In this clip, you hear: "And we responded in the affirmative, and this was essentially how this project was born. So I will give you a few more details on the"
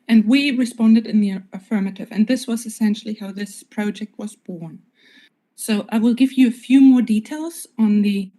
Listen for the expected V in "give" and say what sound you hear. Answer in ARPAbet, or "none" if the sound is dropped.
V